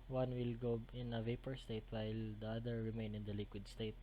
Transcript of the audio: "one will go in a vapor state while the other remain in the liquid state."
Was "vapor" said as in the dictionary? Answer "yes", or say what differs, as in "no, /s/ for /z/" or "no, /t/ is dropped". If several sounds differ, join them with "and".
yes